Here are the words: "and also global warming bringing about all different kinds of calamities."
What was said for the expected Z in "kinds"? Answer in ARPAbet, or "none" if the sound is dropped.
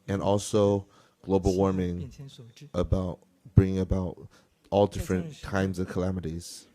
Z